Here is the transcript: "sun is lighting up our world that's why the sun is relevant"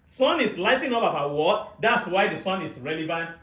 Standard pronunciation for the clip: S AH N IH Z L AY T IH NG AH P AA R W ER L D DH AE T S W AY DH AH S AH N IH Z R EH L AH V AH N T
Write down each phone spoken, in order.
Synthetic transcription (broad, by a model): S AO N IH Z L AY T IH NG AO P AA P W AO D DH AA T S W AY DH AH S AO N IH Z R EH L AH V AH N T